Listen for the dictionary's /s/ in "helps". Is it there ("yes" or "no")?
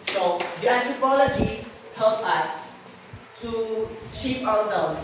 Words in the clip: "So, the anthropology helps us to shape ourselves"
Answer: no